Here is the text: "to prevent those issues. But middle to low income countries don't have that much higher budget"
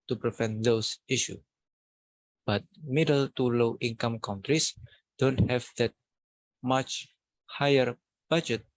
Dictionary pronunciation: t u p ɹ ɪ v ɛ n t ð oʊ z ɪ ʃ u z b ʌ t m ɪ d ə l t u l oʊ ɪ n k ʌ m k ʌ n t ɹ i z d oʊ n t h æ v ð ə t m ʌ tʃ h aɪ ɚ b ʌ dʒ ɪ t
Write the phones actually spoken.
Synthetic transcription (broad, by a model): t u p ɹ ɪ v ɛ n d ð oʊ s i ʃ u b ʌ t m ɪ d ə l t u l oʊ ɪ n k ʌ m k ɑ n t ɹ i s d oʊ n t h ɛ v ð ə t m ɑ tʃ h aɪ ɚ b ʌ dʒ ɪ t